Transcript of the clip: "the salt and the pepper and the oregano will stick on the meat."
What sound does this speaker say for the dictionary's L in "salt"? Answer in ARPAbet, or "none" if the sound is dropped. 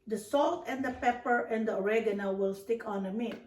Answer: L